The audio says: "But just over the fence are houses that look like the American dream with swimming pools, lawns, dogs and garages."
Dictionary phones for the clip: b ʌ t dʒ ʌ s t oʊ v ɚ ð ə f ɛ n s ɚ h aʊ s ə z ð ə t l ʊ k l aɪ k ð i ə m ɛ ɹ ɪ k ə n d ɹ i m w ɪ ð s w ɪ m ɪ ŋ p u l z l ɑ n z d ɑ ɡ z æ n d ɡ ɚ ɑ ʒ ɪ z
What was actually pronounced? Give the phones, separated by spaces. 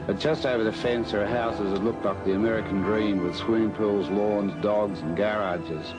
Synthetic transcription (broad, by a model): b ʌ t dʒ ʌ s t oʊ v ɚ ð ə f ɛ n s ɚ h aʊ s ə z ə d l ʊ k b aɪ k ð i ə m ɛ ɹ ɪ k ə n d ɹ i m w ɪ ð s w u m p u l z l ɑ n z d ɑ ɡ z n ɡ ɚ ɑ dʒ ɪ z